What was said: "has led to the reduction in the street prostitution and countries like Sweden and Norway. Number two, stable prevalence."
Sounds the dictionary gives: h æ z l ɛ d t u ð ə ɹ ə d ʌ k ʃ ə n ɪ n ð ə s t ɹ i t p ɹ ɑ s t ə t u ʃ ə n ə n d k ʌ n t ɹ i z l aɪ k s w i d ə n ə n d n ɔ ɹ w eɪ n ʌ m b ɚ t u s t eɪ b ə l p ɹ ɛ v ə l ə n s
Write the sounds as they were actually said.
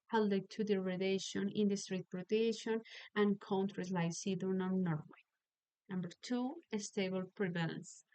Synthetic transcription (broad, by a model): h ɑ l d t u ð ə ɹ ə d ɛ ʃ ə n ɪ n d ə s t ɹ i t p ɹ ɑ t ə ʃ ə n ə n k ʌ n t ɹ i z l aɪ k s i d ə n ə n n ɔ ɹ w eɪ n ʌ m b ɚ t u s t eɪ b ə l p ɹ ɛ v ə l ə n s